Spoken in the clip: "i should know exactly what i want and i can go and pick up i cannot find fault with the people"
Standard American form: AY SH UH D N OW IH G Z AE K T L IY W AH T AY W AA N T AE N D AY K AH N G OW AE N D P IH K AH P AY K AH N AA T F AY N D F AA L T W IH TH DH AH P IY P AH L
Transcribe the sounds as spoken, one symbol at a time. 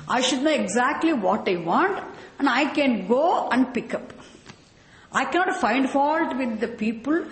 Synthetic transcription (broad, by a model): AY SH UH D N OW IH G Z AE K T L IY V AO T AY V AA N T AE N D AY K AH N G OW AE N D P IH K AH P AY K AH N AA T F AY N D F AA L T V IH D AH P IY P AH L